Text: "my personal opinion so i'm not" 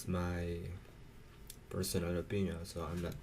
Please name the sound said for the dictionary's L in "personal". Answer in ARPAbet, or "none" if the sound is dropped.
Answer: N